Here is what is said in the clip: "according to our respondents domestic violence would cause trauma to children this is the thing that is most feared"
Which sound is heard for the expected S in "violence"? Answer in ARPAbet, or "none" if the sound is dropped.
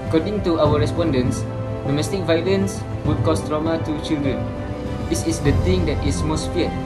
S